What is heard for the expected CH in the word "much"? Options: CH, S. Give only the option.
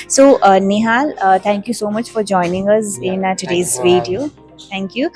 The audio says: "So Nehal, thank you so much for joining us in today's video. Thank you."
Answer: CH